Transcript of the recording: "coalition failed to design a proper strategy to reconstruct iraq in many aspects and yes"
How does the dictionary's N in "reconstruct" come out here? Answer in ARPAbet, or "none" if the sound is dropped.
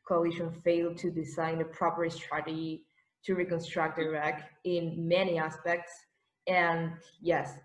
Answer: N